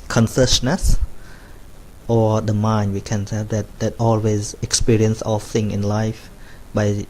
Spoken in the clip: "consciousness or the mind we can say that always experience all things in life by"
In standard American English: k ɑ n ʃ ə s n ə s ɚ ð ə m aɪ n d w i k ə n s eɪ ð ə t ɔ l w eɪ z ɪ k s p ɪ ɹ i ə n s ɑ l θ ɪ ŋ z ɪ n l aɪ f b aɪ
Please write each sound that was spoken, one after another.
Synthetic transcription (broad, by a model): k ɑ n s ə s n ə s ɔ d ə m aɪ n d w i k ə n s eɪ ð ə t ɔ l w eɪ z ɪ k s p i ɹ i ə n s ɑ l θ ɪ ŋ ɪ n l aɪ f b aɪ